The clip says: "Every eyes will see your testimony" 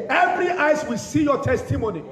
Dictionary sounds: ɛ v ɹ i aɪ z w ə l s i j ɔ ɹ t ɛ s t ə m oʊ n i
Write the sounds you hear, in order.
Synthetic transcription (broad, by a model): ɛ v ɹ i aɪ s w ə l s i j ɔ t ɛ s t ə m oʊ n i